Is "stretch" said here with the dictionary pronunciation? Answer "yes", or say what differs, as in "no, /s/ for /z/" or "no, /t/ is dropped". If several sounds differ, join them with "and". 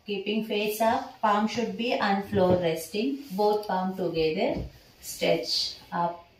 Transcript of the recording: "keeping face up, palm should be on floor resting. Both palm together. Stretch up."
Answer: no, /ɹ/ is dropped